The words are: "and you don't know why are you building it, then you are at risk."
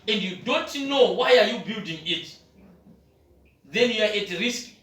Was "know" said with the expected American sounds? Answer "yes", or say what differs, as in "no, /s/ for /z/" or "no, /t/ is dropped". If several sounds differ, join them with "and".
yes